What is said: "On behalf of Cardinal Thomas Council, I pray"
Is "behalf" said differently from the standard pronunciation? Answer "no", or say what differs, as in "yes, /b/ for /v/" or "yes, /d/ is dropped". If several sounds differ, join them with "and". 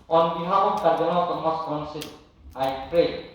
yes, /f/ is dropped